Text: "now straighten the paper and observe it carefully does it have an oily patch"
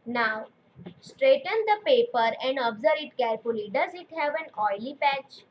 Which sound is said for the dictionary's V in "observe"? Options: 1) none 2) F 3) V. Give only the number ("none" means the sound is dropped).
1